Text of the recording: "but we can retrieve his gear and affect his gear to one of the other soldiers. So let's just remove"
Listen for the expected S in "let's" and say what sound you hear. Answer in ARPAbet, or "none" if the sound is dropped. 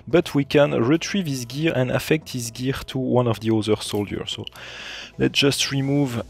none